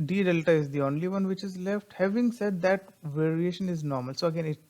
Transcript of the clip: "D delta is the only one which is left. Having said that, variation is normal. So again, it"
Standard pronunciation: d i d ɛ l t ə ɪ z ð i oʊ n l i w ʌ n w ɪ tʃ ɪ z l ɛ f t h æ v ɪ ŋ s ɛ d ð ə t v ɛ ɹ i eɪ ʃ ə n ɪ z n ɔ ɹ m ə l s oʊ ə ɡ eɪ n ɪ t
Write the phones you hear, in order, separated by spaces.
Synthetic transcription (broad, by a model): d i d ɛ l t ə ɪ z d i oʊ n l i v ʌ n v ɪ tʃ ɪ z l ɛ f t h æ v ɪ ŋ s ɛ d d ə t v ɛ ɹ i eɪ ʃ ə n ɪ z n ɔ ɹ m ə l s oʊ ə ɡ eɪ n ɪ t